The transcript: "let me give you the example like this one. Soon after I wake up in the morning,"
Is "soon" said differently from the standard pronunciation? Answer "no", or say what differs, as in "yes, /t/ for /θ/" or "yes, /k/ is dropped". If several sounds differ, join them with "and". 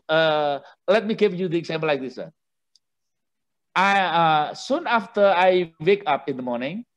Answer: no